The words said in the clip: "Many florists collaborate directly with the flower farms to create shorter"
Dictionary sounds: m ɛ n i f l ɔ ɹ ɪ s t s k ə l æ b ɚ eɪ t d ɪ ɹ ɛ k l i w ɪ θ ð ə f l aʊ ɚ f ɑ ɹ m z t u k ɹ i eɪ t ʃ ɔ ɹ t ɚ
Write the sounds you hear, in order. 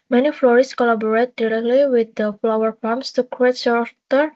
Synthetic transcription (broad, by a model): m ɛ n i f l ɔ ɹ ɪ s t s k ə l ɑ b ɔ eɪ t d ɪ ɹ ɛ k l i w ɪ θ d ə f l aʊ ɚ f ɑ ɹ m s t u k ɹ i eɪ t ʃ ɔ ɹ t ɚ